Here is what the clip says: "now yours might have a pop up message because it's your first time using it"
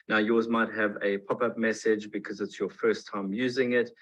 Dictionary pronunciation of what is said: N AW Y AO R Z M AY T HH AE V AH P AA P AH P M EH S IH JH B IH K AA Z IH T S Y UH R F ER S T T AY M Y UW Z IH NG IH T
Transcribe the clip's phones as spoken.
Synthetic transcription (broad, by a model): N AW Y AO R Z M AY T HH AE V AH P AA P AH P M EH S IH JH B IH K AA Z IH T S Y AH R F ER S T T AY M Y UW Z IH NG IH T